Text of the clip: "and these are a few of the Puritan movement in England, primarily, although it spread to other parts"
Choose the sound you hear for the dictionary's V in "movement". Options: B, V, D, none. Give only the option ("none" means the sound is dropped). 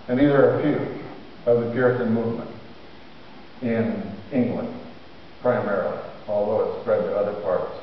V